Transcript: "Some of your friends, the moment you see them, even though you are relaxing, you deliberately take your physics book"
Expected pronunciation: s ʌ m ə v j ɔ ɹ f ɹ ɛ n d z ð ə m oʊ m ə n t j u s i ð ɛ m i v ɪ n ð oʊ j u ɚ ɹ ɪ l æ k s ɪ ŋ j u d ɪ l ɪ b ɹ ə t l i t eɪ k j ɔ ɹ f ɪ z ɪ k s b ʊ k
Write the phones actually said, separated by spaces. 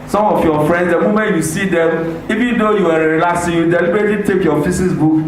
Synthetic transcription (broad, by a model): s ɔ m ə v j ɔ f ɹ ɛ n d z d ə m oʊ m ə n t j u s i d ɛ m i v ɪ n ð oʊ j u ɚ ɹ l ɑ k s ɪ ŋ j u d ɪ l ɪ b ɹ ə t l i t eɪ k j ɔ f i s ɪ s b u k